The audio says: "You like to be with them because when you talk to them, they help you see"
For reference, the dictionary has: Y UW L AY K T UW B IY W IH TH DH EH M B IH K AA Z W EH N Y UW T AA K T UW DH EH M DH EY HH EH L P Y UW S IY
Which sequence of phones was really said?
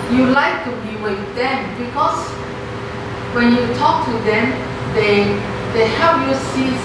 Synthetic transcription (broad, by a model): Y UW L AY K T UW B IY W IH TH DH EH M B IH K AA S W EH N Y UW T AA K T UW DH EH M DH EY HH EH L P Y UW S IY